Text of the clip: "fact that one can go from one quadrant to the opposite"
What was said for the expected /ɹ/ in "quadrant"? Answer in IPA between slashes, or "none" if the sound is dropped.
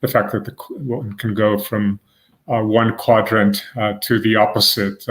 /ɹ/